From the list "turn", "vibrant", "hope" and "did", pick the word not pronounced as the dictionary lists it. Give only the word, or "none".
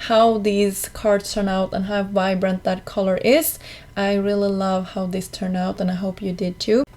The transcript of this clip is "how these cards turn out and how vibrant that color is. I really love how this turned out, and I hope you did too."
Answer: none